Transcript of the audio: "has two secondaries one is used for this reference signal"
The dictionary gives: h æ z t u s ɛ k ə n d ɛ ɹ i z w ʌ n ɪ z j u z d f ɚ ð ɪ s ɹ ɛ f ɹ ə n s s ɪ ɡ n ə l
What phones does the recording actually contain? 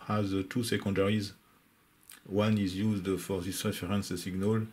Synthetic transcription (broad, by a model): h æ z t u s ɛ k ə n d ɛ ɹ i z w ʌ n ɪ z j u z d f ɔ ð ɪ s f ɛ ɹ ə n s s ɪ ɡ n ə l